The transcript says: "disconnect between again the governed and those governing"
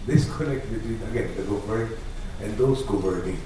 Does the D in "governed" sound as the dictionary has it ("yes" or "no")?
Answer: no